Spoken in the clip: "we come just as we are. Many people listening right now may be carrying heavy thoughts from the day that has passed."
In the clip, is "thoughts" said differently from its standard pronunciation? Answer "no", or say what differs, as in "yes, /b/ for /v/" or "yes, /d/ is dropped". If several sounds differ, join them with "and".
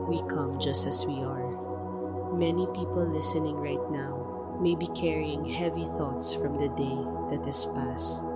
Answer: no